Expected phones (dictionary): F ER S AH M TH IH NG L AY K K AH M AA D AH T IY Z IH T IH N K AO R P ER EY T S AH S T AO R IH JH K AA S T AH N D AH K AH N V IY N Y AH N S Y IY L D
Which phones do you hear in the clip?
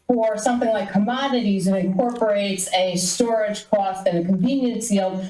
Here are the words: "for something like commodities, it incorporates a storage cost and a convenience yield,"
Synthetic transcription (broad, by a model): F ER S AH M TH IH NG L AY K K AH M AA D AH T IY Z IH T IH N K AO R P ER EY T S AH S T AO R IH JH K AA S T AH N AH K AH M V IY N Y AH N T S IY L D